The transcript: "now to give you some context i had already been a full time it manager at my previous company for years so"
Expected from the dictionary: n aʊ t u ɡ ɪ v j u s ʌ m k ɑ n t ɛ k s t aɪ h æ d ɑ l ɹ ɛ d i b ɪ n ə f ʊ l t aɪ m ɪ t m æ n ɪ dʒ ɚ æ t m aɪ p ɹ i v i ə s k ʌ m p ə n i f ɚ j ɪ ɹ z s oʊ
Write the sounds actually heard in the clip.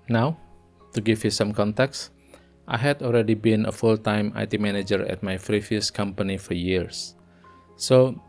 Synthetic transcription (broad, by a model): n aʊ t u ɡ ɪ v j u s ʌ m k ɑ n t ɛ k s t aɪ h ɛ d ɑ l ɹ ɛ d i b ɪ n ə f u l t aɪ m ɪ t m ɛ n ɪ dʒ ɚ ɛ t m aɪ f ɹ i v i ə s k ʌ m p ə n i f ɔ j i ɹ s oʊ